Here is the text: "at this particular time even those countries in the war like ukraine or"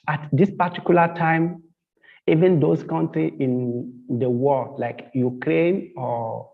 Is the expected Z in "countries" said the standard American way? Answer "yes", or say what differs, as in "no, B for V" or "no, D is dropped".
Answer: no, Z is dropped